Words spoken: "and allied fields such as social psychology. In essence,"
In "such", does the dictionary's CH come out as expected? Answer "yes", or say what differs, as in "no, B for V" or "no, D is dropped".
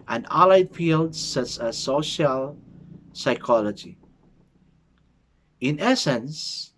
no, S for CH